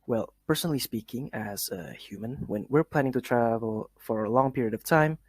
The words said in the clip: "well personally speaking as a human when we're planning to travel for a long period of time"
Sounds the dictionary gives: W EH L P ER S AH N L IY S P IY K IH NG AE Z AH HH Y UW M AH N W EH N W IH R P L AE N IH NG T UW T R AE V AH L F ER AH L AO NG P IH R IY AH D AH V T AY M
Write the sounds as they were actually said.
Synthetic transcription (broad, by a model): W EH L P ER S AH N L IY S P IY K IH NG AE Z AH HH Y UW M AH N W EH N W IH R P L AE N IH NG T UW T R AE V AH L F ER AH L AO NG P IH R IY AH D AH V T AY M